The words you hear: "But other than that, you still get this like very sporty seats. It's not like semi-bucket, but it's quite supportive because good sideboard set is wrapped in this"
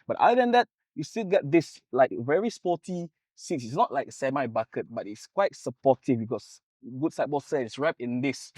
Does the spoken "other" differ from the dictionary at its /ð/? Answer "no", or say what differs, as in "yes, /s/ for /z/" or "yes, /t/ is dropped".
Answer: yes, /ð/ is dropped